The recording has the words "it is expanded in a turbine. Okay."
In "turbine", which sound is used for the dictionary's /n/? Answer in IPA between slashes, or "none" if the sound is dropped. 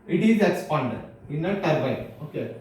none